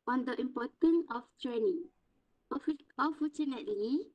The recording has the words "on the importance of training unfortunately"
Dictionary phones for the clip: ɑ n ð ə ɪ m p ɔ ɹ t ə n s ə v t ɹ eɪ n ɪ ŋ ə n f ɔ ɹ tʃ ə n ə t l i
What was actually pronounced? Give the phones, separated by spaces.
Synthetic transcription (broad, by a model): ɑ n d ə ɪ m p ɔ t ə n ə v t ɹ eɪ n ɪ ŋ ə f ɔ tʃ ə n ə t l i